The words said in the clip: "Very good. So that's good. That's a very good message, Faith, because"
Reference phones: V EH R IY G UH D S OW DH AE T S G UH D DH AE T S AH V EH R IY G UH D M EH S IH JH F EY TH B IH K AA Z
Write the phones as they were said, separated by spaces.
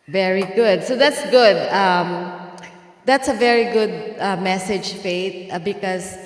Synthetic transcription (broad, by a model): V EH R IY G UH D S OW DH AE T S G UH D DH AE T S AH V EH R IY G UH D M EH S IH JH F EY T B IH K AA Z